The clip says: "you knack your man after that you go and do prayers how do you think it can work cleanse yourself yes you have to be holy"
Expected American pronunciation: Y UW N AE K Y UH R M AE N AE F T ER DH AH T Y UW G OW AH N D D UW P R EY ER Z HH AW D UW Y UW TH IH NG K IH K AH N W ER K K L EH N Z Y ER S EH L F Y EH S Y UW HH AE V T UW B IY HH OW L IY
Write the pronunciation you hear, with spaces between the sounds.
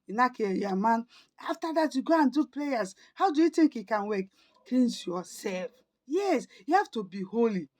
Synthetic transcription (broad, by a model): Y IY N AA K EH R M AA N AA F T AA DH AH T Y UW G OW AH N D D UW P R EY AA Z HH AW D UW Y UW T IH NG K IH K AH N W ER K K EH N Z Y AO S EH L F Y EH S Y UW HH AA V T UW B IY HH OW L IY